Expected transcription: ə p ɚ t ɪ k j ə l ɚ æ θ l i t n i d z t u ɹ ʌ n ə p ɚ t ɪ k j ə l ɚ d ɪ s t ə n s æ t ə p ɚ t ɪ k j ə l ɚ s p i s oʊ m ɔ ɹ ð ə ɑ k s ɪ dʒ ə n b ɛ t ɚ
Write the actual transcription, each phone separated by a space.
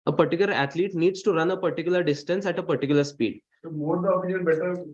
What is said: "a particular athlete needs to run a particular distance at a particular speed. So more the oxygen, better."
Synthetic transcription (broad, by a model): ə p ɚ t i k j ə l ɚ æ t l i t n i d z t u ɹ ʌ n ə p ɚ t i k j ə l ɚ d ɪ s t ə n s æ t ə p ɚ t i k j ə l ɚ s p i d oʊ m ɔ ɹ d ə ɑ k ɪ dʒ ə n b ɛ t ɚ